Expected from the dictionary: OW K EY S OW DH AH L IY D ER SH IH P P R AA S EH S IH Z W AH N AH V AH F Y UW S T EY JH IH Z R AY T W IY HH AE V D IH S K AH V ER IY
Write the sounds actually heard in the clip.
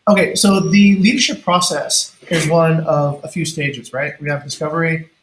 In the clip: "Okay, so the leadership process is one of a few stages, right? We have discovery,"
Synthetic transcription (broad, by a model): OW K EY S OW DH AH L IY D ER SH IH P P R AA S EH S IH Z W AH N AH V AH F Y UW S T EY JH IH Z R AY T W IY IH V D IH S K AH V ER IY